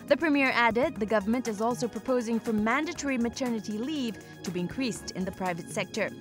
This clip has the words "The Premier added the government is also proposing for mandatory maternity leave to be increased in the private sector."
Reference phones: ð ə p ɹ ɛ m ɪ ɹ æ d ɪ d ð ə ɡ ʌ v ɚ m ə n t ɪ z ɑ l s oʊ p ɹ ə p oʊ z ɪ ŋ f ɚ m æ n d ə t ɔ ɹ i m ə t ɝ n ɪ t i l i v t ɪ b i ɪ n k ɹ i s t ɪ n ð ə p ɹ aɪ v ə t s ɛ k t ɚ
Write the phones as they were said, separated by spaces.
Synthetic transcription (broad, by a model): ð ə p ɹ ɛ m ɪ ɹ æ d ɪ d ð ə ɡ ʌ v ɚ m ə n t ɪ z ɑ l s oʊ p ɹ ə p oʊ z ɪ ŋ f ɚ m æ n d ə t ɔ ɹ i m ə t ɝ n ɪ t i l i v t ɪ b i ɪ n k ɹ i s t ɪ n ð ə p ɹ aɪ v ə t s ɛ k t ɚ